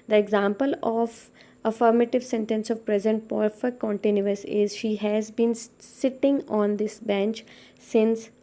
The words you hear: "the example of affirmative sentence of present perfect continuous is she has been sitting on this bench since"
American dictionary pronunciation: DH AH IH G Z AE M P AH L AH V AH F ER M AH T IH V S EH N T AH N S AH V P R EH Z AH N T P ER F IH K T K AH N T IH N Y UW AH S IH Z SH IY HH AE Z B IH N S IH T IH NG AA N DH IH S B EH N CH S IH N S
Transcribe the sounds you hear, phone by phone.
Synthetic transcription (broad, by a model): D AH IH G Z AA M P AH L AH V AH F ER M AH T IH V S EH N T AH N S AH V P R EH Z AH N T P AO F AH T K AH N T IH N Y UW AH S IH Z SH IY HH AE Z B IH N S IH T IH NG AA N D IH S B EH N CH S IH N S